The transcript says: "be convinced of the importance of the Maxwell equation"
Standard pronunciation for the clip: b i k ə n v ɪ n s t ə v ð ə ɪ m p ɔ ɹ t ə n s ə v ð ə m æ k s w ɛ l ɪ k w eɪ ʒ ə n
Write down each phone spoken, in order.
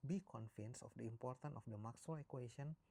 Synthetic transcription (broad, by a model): b i k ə n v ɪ n s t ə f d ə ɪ m p ɔ ɹ t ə n ə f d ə m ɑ k s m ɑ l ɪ k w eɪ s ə n